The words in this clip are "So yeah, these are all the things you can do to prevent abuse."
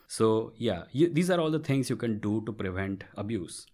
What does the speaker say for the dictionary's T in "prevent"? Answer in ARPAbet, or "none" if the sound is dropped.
T